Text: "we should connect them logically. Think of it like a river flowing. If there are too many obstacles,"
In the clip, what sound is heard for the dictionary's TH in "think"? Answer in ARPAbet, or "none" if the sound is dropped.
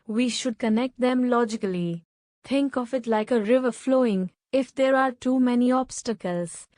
T